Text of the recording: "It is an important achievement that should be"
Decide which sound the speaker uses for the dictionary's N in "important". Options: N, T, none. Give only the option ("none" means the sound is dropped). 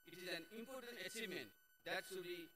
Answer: N